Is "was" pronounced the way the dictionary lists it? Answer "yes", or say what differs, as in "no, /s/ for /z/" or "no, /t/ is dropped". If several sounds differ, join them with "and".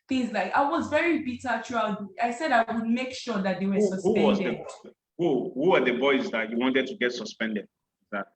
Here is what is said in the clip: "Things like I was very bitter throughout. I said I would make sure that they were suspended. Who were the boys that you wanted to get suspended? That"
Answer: yes